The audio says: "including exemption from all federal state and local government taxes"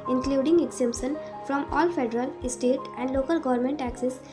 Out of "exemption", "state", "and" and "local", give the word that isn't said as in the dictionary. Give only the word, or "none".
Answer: exemption